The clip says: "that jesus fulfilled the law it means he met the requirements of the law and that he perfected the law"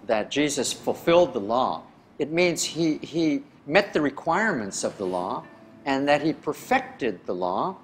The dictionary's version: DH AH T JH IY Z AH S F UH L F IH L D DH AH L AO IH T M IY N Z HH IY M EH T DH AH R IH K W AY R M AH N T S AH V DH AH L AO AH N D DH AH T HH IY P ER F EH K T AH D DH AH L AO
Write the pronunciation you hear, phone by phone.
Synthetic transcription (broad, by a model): DH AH T JH IY Z AH S F UH L F IH L D DH AH L AO IH T M IY N Z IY IY M EH T DH AH R IH K W AY R M AH N T S AH V DH AH L AO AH N DH AH T HH IY P ER F EH K T AH D DH AH L AO